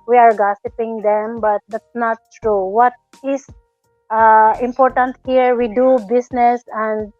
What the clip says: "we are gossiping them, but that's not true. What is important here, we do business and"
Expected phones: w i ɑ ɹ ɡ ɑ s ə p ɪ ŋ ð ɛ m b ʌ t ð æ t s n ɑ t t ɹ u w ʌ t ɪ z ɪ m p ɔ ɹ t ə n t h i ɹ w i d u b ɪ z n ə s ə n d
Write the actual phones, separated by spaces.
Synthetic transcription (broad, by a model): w i ɑ ɹ ɡ ɑ s ə p ɪ ŋ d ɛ m b ʌ t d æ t s n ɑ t t ɹ u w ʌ t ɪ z ɪ m p ɔ ɹ t ə n t h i ɹ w i d u b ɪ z n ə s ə n d